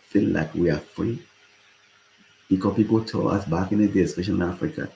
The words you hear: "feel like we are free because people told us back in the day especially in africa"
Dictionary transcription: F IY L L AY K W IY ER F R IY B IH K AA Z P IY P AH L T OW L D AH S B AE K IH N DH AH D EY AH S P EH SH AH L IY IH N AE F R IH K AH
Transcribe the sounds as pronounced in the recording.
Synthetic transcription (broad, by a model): F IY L L AY K W IY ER F R IY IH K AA P IY P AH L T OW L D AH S B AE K IH N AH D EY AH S F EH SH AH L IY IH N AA F R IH K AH